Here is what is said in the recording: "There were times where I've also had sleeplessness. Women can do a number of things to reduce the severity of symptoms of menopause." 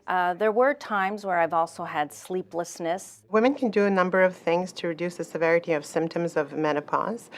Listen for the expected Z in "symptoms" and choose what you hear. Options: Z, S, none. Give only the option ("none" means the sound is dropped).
Z